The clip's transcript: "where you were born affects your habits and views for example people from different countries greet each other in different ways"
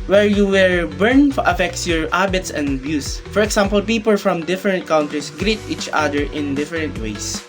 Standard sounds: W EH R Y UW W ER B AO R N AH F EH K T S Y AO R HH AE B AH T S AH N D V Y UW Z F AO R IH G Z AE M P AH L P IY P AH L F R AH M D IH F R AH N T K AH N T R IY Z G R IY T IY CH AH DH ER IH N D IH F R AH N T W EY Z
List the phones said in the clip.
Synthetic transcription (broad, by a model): W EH R Y UW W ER B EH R N AH F EH K T S Y AO R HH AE B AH T S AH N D B Y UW S F AO R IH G S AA M P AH L P IY P AH L F R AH M D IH F R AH N T K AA N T R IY S G R IY T IY CH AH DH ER IH N D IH F R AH N T W EY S